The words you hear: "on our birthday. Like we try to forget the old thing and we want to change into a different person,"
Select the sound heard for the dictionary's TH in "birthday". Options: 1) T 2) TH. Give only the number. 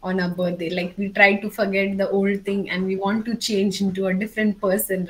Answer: 1